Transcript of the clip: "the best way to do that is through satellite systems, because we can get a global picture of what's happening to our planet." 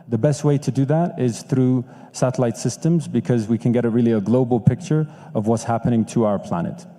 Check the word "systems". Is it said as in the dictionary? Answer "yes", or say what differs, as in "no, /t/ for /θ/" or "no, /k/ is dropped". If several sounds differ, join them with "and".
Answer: yes